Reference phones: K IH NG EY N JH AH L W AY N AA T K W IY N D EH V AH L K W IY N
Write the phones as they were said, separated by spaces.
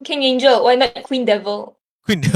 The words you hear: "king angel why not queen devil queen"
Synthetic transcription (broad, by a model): K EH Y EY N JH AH W AY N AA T K W IY N D EH V AH L K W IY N